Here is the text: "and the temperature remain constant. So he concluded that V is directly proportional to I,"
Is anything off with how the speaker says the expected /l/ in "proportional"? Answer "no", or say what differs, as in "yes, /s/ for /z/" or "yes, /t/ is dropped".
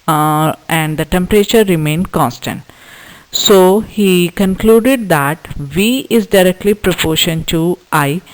yes, /n/ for /l/